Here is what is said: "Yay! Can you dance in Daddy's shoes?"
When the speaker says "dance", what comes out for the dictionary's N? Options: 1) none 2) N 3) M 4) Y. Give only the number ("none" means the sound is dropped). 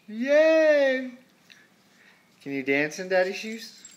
2